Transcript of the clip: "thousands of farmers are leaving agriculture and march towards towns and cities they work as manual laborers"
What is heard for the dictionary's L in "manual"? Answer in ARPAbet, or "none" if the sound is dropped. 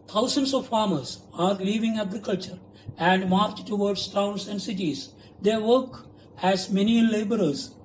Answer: N